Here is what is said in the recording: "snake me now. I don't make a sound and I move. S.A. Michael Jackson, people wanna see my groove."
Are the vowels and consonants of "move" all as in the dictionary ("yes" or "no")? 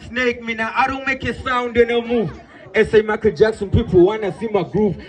no